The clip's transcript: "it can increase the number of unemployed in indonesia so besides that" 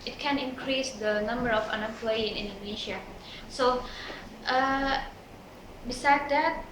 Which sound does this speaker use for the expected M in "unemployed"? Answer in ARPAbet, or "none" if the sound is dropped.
none